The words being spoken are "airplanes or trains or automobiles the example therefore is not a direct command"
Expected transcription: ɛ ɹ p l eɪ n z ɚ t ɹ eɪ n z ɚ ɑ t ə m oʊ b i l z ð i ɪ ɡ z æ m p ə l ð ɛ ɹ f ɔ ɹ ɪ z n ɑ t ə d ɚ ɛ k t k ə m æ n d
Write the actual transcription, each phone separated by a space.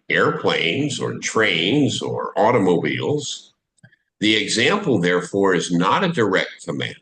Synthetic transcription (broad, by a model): ɛ ɹ p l eɪ n z ɚ t ɹ eɪ n z ɚ ɑ t ə m oʊ b i l z ð i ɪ ɡ z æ m p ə l ð ɛ ɹ f ɔ ɹ ɪ z n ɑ t ə d ɚ ɛ k t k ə m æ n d